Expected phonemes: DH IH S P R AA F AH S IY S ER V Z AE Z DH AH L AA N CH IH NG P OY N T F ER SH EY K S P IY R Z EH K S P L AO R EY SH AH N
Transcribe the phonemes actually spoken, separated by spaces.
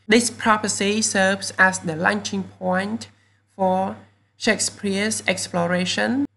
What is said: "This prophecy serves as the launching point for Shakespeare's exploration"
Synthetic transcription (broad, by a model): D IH S P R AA P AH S IY S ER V S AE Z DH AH L AA N CH IH NG P OY N T F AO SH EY K S P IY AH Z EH K S P L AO R EY SH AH N